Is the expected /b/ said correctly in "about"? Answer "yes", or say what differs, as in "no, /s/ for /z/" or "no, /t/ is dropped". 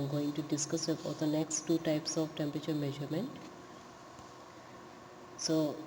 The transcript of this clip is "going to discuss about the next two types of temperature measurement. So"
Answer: no, /b/ is dropped